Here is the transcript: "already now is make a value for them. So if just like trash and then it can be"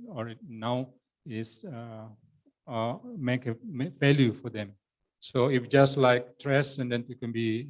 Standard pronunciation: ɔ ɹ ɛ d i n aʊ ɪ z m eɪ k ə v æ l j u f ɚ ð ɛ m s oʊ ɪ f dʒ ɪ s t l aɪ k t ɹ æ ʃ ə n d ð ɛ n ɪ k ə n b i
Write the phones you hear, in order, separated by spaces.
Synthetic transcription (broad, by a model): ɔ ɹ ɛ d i n aʊ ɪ s m eɪ k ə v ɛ l j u f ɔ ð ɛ m s oʊ ɪ f dʒ ɪ s t l aɪ k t ɹ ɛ s ə n d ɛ n ɪ k ə n b i